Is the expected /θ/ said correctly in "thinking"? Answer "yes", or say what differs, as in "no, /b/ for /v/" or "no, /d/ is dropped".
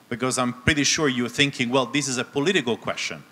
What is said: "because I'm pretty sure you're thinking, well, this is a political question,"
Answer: yes